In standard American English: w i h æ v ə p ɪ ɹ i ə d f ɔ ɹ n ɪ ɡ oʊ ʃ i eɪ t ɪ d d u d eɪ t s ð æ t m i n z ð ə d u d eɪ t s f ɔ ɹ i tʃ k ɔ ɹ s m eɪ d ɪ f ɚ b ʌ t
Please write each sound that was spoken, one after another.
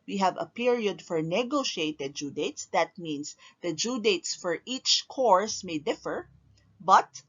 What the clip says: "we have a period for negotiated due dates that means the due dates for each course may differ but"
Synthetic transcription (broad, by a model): w i h æ v ə p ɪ ɹ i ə d f ɔ ɹ n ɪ ɡ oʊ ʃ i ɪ t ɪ d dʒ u d eɪ t s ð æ t m i n s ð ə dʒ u d eɪ t s f ɔ ɹ i tʃ k ɔ ɹ s m eɪ d ɪ f ɚ b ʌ t